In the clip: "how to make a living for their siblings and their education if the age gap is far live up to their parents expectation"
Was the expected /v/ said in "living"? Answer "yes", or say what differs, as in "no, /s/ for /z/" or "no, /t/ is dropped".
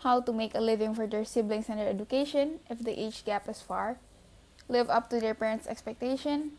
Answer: yes